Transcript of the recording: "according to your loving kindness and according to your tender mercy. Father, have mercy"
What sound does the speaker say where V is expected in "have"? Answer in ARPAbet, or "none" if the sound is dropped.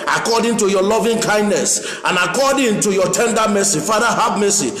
B